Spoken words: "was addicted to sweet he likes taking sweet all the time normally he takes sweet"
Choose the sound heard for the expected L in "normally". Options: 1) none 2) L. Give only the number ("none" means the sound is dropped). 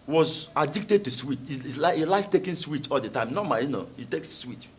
1